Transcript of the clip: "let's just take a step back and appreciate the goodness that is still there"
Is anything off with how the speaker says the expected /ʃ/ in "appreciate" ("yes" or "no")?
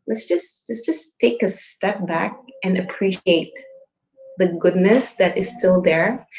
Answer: no